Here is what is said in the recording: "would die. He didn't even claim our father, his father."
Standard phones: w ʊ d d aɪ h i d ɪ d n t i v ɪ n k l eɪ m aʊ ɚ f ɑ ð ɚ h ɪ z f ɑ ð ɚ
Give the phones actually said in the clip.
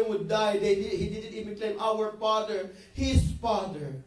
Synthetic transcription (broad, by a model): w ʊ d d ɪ h i d ɪ d n t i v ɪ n k l eɪ m aʊ ɚ f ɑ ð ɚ h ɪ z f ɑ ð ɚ